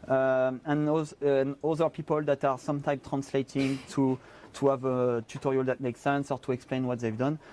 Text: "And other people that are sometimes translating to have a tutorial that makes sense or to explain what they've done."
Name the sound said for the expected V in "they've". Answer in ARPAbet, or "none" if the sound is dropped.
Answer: V